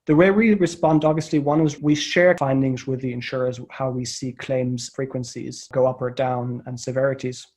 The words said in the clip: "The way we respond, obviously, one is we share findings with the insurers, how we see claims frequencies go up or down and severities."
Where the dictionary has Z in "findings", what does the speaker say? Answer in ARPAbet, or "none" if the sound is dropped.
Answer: Z